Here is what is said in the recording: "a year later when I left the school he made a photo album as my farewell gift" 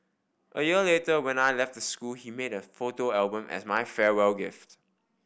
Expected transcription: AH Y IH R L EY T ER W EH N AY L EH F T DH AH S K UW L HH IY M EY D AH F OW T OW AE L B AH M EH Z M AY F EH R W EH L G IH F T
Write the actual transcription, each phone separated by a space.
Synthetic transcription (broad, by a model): AH Y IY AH L EY T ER W EH N AY L EH F T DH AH S K UW L HH IY M EY D AH F OW T OW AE L B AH M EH S M AY F EH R W EH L G IH F T